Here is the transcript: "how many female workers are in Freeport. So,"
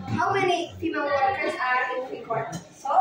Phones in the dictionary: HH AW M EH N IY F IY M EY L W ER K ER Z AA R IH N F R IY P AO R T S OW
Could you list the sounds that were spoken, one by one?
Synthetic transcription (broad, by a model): HH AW M EH N IY P IY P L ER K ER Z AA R IH N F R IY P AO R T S